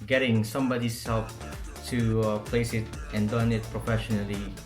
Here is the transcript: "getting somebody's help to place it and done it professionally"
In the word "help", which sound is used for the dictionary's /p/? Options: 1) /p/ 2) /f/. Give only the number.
2